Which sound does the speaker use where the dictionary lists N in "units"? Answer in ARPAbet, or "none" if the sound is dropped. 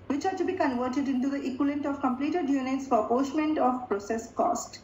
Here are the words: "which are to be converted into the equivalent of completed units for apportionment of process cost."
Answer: N